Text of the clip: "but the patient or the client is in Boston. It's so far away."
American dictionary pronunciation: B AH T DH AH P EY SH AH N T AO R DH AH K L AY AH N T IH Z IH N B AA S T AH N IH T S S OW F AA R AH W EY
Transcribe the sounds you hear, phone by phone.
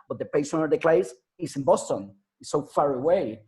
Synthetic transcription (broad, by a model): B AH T DH AH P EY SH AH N AO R DH AH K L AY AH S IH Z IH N B AA S T AH N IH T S S OW F AA R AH W EY